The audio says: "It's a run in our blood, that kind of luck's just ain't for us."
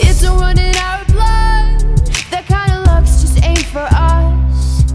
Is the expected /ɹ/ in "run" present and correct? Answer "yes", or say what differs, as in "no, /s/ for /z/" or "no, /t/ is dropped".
no, /w/ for /ɹ/